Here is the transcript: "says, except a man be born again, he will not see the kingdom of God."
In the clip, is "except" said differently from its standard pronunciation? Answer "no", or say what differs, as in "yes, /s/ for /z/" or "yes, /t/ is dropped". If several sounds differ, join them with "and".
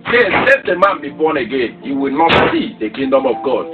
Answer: yes, /k/ is dropped